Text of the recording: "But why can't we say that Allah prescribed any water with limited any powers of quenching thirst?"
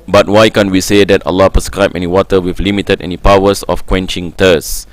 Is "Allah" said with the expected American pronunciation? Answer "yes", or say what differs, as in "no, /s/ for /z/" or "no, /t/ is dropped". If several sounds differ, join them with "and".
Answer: yes